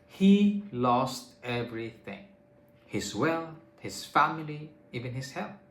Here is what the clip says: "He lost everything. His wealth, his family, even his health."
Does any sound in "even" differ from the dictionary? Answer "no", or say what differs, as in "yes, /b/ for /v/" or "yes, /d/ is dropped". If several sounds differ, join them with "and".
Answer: no